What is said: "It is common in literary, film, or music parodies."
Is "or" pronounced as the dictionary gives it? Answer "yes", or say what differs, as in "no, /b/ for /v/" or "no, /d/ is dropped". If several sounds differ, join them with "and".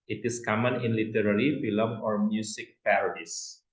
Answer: yes